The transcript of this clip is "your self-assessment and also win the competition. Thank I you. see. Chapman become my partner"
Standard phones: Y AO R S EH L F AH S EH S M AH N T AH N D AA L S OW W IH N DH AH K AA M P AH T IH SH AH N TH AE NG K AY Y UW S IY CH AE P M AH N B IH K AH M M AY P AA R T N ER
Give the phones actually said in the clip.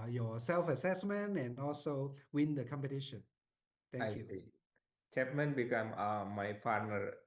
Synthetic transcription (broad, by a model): Y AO S EH L F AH S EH S M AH N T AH N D AA L S OW W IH N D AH K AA M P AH T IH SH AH N T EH K Y UW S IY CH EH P M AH N B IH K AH M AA AY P AA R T N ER